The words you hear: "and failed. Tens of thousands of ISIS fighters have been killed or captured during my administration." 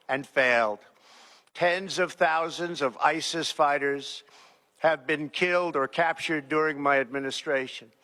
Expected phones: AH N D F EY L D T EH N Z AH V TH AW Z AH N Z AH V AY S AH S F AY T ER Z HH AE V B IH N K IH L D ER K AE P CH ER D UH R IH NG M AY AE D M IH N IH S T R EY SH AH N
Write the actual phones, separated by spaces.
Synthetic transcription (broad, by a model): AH N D F EY L D T EH N Z AH V TH AW Z AH N Z AH V AY S AH S F AY T ER Z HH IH V B IH N K IH L D ER K AE P CH ER D UH R IH NG M AY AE D M IH N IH S T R EY SH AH N